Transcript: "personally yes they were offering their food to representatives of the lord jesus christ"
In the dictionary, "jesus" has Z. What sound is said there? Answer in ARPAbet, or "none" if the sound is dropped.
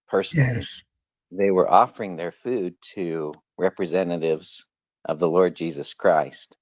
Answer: Z